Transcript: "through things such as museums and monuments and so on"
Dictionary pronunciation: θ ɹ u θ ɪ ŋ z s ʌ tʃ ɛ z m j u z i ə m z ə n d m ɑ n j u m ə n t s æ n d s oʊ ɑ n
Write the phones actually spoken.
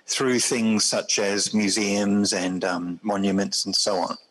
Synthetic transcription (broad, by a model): θ ɹ u θ ɪ ŋ z s ʌ tʃ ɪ z m j u z i ə m z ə n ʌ m ɑ n j u m ə n t s n s oʊ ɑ n